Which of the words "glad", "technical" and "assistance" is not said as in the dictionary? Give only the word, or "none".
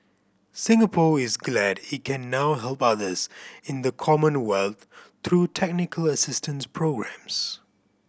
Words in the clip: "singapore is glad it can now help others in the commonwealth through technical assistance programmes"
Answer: none